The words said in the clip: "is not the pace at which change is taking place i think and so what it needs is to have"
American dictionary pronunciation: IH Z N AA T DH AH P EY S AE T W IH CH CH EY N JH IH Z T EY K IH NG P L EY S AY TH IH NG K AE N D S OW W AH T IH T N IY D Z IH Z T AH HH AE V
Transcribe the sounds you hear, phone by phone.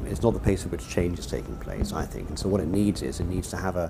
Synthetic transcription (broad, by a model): IH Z N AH T DH AH P EY S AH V W IH CH CH EY N JH IH Z T EY K IH NG P L EY S AY TH IH NG K N S OW W AH T IH T N IY D Z IH Z T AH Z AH V